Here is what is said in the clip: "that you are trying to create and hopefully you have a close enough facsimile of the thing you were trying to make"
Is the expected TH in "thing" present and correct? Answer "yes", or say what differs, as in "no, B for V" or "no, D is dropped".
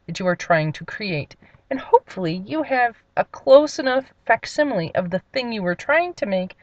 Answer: yes